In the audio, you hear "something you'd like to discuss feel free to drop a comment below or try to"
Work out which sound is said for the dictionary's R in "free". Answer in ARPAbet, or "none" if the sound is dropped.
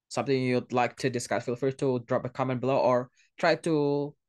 none